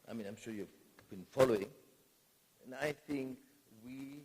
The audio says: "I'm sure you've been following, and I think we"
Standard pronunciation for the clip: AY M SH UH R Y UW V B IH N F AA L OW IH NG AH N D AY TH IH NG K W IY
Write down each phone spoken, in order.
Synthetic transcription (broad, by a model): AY M SH UH R Y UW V B IH N F AA L OW IH NG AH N AY TH IH NG K W IY